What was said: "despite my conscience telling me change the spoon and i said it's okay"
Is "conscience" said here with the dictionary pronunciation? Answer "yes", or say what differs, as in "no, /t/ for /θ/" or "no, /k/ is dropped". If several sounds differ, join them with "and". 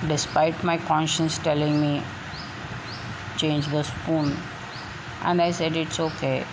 yes